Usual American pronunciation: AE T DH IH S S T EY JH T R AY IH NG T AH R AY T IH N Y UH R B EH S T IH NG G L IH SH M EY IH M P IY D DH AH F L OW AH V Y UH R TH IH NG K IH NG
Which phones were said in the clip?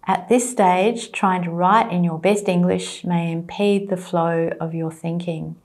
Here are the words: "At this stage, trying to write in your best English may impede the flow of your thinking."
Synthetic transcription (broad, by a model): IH T DH IH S S T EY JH T R AY IH NG T AH R AY T IH N Y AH R B EH S T IH NG G L IH SH M EY IH M P IY D DH AH F L OW AH V Y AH R TH IH NG K IH NG